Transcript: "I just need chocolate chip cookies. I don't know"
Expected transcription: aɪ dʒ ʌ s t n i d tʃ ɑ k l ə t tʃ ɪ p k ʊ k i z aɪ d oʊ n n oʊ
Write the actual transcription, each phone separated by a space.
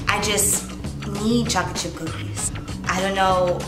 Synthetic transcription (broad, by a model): aɪ dʒ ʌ s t n i d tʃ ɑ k ə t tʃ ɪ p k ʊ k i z aɪ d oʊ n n oʊ